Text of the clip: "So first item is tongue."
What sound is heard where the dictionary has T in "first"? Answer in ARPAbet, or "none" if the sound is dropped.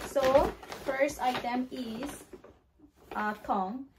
T